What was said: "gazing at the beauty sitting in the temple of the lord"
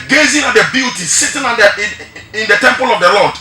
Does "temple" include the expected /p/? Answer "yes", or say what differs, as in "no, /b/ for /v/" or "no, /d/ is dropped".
yes